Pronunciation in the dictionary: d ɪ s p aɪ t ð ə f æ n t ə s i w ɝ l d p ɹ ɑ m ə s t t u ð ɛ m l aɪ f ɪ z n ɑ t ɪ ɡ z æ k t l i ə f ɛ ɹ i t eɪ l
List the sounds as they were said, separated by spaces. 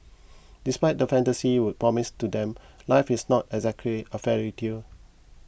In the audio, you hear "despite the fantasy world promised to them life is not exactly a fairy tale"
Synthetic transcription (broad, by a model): d ɪ s p aɪ t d ə f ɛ n t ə s i w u d p ɹ ɑ m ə s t t u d ɛ m l aɪ f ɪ s n ɑ t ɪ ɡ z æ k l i ə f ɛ ɹ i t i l